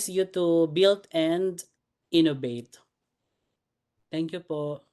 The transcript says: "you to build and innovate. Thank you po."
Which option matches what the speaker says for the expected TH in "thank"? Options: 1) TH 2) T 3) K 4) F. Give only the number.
2